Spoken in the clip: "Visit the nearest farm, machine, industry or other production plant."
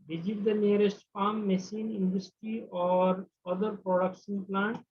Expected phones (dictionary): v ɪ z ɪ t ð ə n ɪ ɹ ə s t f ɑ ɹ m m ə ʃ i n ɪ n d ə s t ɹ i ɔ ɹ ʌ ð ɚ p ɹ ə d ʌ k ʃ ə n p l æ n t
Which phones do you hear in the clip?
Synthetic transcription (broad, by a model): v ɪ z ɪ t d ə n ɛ ɹ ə s t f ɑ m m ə s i n ɪ n d ə s t ɹ i ɔ ɹ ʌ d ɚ p ɹ ə d ʌ k ʃ ə n p l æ n t